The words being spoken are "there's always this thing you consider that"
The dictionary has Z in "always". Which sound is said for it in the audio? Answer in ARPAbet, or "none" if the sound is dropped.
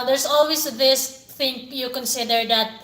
S